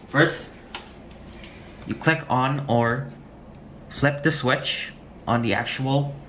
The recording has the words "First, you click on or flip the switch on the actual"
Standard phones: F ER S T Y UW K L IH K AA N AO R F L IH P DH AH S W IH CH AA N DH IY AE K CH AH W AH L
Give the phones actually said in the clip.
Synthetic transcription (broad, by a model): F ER S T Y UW K L IH K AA N AO R F L IH P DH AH S W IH CH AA N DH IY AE K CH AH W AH L